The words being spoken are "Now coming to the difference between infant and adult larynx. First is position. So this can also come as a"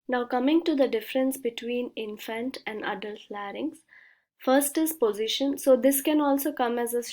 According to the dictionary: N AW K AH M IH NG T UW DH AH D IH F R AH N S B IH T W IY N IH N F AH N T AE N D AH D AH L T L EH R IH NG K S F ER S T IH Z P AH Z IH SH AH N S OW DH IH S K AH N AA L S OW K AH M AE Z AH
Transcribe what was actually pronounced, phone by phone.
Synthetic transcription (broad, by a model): N AW K AH M IH NG T UW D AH D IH F R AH N S B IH T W IY N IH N F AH N T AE N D AH D AH L T L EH R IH NG S F ER S T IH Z P AH Z IH SH AH N S OW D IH S K AH N AA L S OW K AH M AE Z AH